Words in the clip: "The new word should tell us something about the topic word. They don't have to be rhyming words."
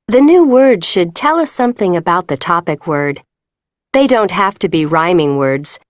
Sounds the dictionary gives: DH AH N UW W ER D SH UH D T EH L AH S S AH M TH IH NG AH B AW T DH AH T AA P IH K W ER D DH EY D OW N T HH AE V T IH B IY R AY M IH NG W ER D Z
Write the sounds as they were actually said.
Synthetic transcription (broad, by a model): DH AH N UW W ER D SH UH D T EH L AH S S AH M TH IH NG AH B AW T DH AH T AA P IH K W ER D DH EY D OW N T HH AE F T IH B IY R AY M IH NG W ER D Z